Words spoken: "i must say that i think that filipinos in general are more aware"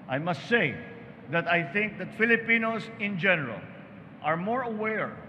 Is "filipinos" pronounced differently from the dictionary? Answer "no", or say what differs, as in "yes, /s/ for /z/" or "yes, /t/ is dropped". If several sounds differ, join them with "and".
yes, /s/ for /z/